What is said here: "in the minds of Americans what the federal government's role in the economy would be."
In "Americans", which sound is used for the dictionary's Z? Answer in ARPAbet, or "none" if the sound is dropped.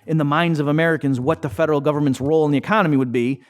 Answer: Z